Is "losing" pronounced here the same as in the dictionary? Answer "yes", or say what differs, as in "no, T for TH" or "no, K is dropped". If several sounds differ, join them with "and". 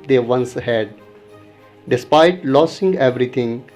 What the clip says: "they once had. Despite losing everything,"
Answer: no, S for Z